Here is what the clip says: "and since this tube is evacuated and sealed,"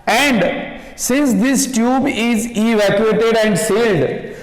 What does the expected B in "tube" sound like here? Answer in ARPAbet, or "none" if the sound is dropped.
B